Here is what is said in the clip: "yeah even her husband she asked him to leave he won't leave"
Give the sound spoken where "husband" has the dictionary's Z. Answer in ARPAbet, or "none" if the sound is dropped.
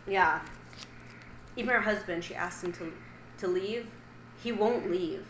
Z